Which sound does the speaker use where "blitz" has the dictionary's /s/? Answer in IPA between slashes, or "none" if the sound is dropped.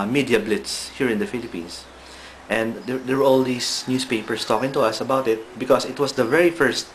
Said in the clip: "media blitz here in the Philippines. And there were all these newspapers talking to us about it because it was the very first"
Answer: /s/